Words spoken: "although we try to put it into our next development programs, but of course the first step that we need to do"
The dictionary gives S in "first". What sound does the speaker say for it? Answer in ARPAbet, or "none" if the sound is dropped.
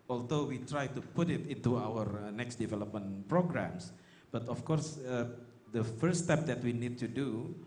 none